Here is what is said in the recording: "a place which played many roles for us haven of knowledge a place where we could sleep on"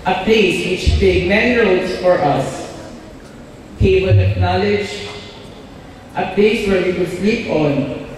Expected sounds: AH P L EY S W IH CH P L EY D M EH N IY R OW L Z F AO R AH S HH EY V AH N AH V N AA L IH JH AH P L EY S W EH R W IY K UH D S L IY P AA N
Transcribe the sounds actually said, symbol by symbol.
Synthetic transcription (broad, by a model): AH P L EY S W IH CH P EY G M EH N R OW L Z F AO R AH S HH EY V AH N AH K N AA L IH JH AH P L EY S W EH R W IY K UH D S L IY P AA N